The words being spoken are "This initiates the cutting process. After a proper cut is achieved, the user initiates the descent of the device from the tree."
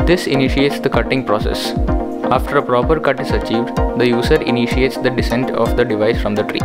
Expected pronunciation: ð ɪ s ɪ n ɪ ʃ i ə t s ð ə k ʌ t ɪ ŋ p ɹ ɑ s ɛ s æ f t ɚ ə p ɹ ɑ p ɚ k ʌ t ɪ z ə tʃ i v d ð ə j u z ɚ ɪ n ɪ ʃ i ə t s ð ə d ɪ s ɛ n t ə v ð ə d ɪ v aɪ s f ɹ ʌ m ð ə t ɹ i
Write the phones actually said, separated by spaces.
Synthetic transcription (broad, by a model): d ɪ s ɪ n ɪ ʃ i ə t s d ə k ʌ t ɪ ŋ p ɹ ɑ s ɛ s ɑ f t ɚ ə p ɹ ɑ p ɚ k ʌ t ɪ z ə tʃ i v d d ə j u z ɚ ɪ n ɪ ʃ i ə t s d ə d ɪ s ɛ n t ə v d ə d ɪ v aɪ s f ɹ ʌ m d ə t ɹ i